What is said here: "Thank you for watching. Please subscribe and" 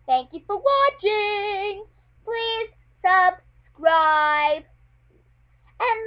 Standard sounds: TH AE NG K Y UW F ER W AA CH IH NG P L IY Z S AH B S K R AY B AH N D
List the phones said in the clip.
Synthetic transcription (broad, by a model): TH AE NG K Y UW F ER W AA CH IH NG P L IY Z S AH B S K R AY B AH N